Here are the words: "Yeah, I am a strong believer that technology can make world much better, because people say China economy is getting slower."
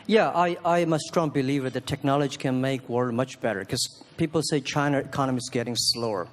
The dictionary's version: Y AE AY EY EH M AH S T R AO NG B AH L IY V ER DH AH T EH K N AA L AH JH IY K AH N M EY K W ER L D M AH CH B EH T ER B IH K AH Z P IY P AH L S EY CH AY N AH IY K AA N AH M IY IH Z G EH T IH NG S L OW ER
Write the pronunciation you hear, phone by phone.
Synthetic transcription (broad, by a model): Y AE AY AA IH M AH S T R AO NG B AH L IY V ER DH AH T EH K N AA L AH JH IY K AH N M EY K W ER D M AH CH B EH T ER K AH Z P IY P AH L S EY CH AY N AH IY K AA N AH M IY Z G EH T IH NG S L OW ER